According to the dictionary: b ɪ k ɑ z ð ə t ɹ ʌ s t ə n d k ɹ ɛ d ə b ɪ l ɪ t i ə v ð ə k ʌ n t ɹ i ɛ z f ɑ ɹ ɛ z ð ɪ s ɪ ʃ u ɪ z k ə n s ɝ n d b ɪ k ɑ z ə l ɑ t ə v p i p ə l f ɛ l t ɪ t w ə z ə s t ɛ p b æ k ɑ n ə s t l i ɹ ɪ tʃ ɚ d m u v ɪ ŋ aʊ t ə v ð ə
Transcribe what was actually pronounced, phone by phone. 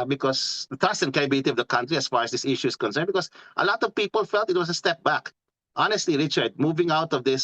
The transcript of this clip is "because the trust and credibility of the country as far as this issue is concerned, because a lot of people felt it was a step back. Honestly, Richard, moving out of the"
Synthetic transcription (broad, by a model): b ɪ k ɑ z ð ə t ɹ ʌ s t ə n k ɛ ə b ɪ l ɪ t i ə v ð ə k ʌ n t ɹ i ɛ s f ɑ ɹ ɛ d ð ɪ s ɪ ʃ u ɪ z k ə n s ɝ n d b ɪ k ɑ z ə l ɑ t ə v p i p ə l f ɛ l t ɪ t w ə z ə s t ɛ p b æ k ɑ n ə s t l i ɹ ɪ tʃ ɚ d m u v ɪ ŋ aʊ t ə v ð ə